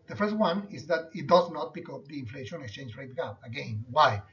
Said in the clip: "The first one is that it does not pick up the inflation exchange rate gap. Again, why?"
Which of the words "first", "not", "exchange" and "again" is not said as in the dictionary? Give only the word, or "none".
none